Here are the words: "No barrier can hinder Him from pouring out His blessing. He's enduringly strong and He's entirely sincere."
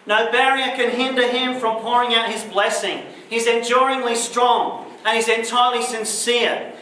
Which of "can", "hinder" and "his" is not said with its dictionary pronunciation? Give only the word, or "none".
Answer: none